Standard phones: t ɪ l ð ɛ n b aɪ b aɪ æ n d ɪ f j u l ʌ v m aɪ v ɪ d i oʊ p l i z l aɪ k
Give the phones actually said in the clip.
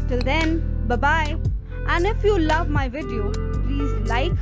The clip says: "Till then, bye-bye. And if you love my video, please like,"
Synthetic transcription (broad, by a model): t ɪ l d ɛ n b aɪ b aɪ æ n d ɪ f j u l ʌ v m aɪ v ɪ d i oʊ p l i z l aɪ k